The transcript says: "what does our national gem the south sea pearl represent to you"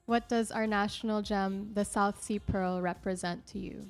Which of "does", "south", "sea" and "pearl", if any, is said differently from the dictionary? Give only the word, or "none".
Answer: none